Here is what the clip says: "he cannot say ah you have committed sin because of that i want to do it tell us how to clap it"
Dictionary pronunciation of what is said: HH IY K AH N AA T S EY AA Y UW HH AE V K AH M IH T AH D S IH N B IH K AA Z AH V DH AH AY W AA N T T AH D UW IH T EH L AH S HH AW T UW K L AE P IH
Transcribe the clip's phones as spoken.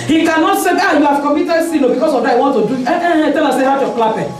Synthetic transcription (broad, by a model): HH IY K AH N AA T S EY AA Y UW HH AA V K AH M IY T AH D S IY L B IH K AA S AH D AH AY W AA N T T AH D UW IH T EH L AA S HH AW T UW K L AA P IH